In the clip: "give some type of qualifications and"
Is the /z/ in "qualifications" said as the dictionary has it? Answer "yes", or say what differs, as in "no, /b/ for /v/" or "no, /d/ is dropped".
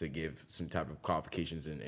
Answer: yes